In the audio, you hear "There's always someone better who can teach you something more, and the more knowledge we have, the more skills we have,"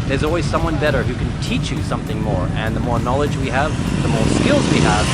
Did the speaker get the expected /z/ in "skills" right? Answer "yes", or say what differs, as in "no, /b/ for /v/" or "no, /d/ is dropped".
yes